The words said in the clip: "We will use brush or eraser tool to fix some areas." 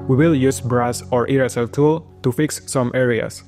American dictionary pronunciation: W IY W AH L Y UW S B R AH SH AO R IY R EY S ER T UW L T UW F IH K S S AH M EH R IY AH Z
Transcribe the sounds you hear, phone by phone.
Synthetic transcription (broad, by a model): W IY W AH L Y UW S B R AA S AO R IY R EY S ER T UW L T UW F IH K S S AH M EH R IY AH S